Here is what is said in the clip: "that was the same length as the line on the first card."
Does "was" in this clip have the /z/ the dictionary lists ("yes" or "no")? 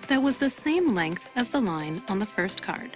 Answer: yes